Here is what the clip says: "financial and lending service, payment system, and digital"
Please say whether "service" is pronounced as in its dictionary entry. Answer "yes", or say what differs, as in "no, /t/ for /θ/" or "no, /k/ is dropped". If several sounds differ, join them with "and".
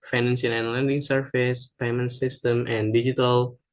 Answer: no, /f/ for /v/